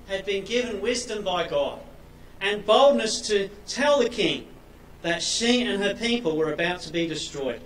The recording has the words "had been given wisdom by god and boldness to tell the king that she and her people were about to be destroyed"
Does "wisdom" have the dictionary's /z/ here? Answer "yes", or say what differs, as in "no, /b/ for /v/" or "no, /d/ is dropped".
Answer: yes